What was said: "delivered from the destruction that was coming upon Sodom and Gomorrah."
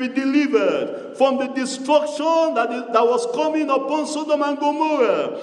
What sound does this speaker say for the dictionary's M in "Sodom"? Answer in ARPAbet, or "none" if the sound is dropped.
M